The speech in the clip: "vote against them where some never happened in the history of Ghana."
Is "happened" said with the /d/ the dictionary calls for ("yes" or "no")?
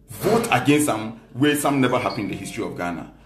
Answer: no